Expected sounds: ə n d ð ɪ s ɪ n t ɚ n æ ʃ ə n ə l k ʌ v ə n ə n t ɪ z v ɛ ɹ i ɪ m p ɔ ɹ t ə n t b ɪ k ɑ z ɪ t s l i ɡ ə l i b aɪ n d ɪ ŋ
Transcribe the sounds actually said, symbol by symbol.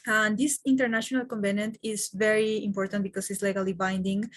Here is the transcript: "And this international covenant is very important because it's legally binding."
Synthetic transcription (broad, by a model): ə n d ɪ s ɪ n t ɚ n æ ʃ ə n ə l k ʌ b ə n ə n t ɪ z v ɛ ɹ i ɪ m p ɔ ɹ t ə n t b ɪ k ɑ s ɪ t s l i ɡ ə l i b aɪ n d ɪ ŋ